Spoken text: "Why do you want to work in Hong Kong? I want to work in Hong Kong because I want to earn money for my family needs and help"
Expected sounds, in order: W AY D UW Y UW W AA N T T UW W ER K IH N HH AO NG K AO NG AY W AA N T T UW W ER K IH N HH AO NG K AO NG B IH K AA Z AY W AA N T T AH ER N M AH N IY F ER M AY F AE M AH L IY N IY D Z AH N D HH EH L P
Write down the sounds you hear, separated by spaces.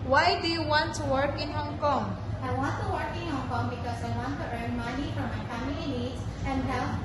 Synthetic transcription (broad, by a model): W AY D UW Y UW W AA N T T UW W ER K IH N HH AO NG K AO NG AY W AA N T T UW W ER K IH N HH AO NG K AO NG B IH K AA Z AY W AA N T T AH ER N M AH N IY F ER M AY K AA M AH IY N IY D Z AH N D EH